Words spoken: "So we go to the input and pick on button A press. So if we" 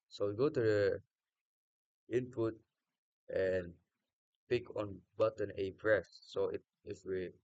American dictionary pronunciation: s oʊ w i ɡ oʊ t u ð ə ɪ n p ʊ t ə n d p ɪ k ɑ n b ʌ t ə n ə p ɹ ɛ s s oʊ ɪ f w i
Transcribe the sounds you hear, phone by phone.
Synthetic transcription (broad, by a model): s oʊ w i ɡ oʊ t u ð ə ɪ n p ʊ t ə n p ɪ k ɑ n b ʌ t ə n ə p ɹ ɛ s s oʊ ɪ f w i